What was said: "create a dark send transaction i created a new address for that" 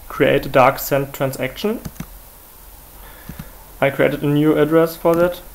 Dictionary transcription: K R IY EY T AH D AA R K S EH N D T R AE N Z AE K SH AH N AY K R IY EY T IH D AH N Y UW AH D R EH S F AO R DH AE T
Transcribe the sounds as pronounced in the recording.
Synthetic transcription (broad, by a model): K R IY EY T AH D AA R K S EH N T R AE N S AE K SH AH N AY K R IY EY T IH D AH N Y UW AH D R EH S F AO R DH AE T